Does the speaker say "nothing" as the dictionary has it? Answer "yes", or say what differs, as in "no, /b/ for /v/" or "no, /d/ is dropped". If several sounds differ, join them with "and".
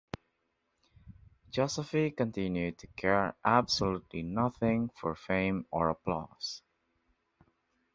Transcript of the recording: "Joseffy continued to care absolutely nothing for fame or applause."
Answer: yes